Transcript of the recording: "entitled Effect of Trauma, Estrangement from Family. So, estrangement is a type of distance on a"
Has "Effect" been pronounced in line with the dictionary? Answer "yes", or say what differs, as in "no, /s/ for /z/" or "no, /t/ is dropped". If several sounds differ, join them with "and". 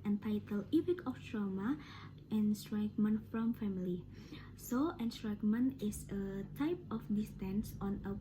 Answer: no, /p/ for /f/ and /t/ is dropped